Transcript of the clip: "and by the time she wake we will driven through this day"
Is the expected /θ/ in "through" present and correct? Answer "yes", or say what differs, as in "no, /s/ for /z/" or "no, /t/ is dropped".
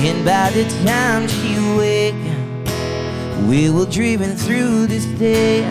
yes